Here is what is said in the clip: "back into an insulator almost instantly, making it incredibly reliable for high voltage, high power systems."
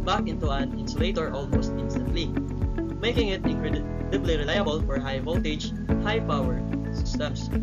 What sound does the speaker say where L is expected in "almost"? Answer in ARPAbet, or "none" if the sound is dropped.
L